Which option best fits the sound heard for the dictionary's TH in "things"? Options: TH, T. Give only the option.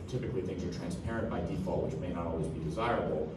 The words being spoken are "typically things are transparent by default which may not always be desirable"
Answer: TH